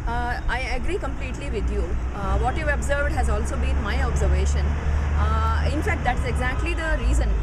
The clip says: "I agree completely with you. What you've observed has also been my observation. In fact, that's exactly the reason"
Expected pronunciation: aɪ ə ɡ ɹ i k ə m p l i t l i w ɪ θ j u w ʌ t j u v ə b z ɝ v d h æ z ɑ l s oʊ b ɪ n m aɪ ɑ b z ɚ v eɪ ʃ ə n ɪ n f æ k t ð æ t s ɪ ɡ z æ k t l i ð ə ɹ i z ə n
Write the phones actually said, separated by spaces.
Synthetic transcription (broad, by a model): aɪ ə ɡ ɹ i k ə m p l i t l i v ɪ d j u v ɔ t j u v ə b z ɝ v d h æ z ɑ l s oʊ b ɪ n m aɪ ɑ b z ɚ v eɪ ʃ ə n ɪ n f æ k t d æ t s ɪ ɡ z æ k t l i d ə ɹ i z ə n